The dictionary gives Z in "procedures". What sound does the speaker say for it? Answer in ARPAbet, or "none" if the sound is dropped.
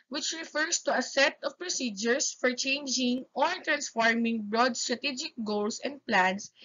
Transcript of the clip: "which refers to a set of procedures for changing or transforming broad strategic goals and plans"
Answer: S